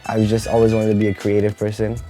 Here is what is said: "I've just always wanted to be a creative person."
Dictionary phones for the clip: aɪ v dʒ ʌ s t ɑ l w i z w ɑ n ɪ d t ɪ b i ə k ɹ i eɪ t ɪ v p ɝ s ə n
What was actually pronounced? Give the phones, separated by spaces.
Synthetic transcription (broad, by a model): aɪ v dʒ ʌ s t ɑ l w i z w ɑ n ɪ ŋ t ɪ b i ə k ɹ i eɪ t ɪ v p ɝ s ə n